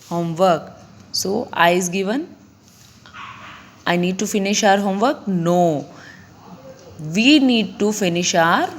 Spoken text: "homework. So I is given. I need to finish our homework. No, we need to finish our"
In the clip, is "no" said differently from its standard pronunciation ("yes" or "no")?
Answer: no